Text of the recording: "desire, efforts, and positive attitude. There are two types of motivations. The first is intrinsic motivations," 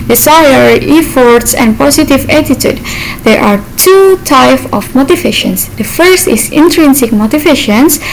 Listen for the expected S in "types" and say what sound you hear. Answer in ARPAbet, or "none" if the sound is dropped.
none